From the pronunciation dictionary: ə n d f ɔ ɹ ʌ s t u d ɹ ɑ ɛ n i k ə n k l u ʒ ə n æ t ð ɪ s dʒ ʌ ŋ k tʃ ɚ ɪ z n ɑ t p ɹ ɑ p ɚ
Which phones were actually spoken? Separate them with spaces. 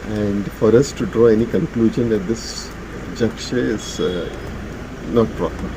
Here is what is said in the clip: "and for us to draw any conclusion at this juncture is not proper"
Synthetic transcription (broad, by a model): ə n d f ɔ ɹ ʌ s t u d ɹ ɑ ɛ n i k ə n k l u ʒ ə n æ t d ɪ s dʒ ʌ k ʃ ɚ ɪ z n ɑ t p ɹ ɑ p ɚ